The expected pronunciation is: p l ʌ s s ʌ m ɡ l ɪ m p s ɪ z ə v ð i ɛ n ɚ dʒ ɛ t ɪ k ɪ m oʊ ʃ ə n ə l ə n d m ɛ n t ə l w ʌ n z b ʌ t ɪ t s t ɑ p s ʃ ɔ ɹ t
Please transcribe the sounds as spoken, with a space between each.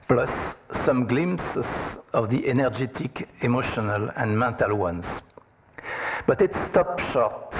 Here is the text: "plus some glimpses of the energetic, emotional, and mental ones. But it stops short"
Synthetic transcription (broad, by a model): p l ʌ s s ʌ m ɡ l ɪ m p s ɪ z ə v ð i ɛ n ɚ dʒ ɛ t ɪ k ɪ m oʊ ʃ ə n ə l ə n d m ɛ n t ə l w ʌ n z b ʌ t ɪ t s t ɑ p ʃ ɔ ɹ t